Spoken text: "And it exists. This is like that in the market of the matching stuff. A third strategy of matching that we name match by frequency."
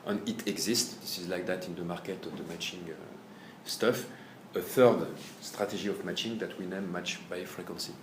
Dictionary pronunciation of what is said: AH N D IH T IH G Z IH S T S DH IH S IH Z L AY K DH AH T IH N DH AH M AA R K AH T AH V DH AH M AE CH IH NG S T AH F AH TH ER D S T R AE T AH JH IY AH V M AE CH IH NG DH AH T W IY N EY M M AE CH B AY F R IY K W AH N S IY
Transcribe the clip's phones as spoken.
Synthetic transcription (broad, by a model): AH N IH T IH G Z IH S T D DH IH S IH Z L AY K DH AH T IH N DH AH M AA R K AH T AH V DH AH M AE CH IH NG S T AH F AH TH ER D S T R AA T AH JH IY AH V M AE CH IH NG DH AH T W IY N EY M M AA CH B AY F R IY K W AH N S IY